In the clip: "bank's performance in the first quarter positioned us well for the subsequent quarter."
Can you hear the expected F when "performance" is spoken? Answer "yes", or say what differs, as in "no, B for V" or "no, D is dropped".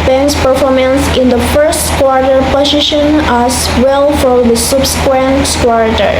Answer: yes